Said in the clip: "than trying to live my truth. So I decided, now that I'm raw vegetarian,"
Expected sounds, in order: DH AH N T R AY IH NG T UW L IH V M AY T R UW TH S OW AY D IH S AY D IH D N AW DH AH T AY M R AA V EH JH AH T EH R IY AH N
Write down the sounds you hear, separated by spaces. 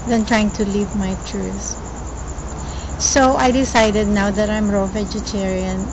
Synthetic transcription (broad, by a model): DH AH N T R AY IH NG T UW L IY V M AY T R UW S S OW AY D IH S AY D IH D N AW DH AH T AY M R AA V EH JH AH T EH R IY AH N